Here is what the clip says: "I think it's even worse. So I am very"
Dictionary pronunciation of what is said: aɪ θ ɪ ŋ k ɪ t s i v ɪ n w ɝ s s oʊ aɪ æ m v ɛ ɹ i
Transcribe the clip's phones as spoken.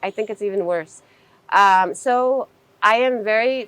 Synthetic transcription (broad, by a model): aɪ θ ɪ ŋ k ɪ t s i v ɪ n w ɝ s s oʊ aɪ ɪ m v ɛ ɹ i